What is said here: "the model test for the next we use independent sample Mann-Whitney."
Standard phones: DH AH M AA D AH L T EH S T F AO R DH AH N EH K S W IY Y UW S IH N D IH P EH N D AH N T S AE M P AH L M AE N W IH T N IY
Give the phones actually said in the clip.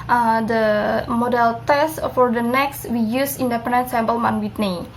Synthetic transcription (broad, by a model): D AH M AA D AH L T EH S T F AO R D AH N EH K S W IY Y UW S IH N D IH P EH N D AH N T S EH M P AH L M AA N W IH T N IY